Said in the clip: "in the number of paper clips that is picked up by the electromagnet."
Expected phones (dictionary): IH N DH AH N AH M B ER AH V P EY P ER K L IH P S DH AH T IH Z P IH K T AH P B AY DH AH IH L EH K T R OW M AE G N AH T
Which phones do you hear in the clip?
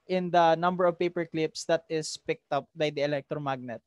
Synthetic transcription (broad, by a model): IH N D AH N AH M B ER AH V P EY P ER K L IH P S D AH T IH S P IH K T AH P B AY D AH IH L EH K T R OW M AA G N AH T